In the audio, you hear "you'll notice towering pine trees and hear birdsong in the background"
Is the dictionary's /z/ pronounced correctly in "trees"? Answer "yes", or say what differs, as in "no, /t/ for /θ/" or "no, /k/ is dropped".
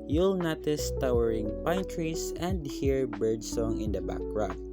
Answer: no, /s/ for /z/